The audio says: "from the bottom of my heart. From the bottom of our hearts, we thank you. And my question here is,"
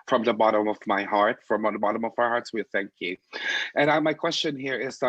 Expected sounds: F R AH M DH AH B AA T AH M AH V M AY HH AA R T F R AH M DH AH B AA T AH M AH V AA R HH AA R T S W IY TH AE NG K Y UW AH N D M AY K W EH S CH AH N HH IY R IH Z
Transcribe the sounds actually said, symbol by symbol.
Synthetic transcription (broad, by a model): F R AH M DH AH B AA T AH M AH V M AY HH AA R T F R AH M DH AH B AA T AH M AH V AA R HH AA R T S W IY TH AE NG K Y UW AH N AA M AY K W EH S CH AH N HH IY R IH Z